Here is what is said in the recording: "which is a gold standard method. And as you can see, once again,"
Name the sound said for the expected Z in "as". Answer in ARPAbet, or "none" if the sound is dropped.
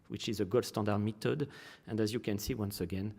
Z